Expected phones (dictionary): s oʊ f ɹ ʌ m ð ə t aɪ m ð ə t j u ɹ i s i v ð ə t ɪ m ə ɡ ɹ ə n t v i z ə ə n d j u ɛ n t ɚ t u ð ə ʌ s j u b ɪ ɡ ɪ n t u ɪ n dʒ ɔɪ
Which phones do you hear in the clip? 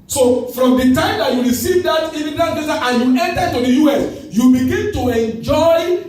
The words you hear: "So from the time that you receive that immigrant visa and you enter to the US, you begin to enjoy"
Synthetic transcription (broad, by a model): s oʊ f ɹ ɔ m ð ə t aɪ m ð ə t j u ɹ i s i v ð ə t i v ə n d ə t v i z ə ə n j u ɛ n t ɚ t u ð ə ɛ s j u b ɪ ɡ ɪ n t u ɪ n dʒ ɔɪ